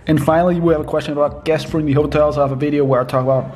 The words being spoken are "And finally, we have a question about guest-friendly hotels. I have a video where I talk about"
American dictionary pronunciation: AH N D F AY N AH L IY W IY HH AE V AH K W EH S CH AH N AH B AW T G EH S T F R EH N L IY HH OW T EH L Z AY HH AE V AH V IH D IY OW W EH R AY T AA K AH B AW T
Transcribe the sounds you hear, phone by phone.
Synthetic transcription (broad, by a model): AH N F AY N L IY W IY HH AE V AH K W EH S CH AH N AH B AW T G EH S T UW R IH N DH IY HH OW T EH L Z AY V AH V IH D IY OW W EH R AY T AA K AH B AW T